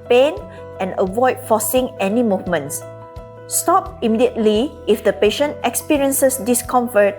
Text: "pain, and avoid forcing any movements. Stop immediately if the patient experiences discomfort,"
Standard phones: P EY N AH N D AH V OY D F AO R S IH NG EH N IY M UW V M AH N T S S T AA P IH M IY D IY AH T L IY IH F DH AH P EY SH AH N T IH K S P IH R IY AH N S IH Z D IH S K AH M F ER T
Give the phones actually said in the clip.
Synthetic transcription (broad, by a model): P EY N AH N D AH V OY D F AO S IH NG EH N IY M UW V M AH N T S S T AA P IH M IY D IY AH T L IY IH F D AH P EY SH AH N T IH K S P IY R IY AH N S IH S D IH S K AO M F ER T